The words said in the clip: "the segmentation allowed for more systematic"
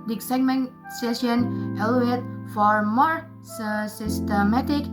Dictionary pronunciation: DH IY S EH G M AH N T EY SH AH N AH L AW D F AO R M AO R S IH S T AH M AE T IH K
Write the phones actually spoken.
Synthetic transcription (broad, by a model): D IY S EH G M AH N S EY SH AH N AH L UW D F AO R M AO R S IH S T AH M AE T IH K